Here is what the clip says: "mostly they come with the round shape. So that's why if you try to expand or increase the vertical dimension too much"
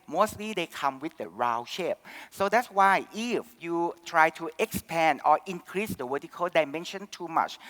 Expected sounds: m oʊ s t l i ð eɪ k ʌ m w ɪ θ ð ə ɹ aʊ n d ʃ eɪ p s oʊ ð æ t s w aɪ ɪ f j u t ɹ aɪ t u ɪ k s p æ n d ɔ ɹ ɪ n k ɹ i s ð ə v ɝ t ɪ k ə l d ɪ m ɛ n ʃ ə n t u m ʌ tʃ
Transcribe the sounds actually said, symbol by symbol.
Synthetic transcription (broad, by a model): m oʊ s t l i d eɪ k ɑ m w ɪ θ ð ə ɹ aʊ ʃ eɪ p s oʊ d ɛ t s w aɪ ɪ f j u t ɹ aɪ t u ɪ k s p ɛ n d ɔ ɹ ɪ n k ɹ i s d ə w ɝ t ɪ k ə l d ɪ m ɛ n ʃ ə n t u m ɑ tʃ